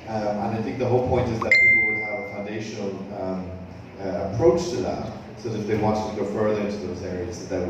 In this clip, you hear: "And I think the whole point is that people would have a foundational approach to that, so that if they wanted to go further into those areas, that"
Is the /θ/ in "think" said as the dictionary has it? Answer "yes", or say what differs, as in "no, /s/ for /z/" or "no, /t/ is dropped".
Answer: yes